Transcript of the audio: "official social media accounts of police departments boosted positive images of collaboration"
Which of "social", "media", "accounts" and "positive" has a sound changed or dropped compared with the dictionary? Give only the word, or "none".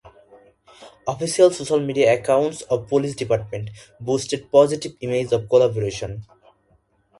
positive